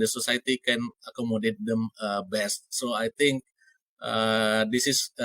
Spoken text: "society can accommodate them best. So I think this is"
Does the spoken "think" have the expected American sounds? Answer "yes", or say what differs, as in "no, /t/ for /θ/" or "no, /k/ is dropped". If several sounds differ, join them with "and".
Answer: no, /t/ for /θ/